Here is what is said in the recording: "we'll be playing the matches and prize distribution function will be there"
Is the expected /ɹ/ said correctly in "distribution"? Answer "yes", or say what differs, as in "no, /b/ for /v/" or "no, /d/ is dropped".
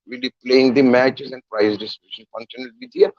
no, /ɹ/ is dropped